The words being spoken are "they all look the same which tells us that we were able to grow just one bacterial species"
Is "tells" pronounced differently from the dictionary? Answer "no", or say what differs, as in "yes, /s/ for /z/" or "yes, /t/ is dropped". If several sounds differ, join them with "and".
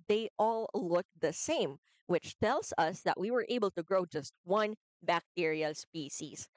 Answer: no